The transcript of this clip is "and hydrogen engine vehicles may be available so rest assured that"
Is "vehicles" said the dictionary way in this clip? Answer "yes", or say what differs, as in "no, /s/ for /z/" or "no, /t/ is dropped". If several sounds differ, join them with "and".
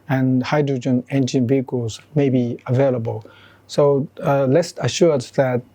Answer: no, /b/ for /v/ and /l/ is dropped